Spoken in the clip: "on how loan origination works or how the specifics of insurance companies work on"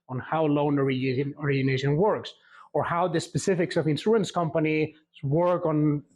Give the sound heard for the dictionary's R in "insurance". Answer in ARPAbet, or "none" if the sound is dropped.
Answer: none